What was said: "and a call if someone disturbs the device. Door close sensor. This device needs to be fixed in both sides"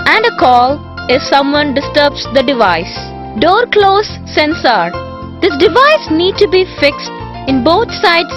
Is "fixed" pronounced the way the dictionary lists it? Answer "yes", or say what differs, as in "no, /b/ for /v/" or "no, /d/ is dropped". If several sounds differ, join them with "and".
yes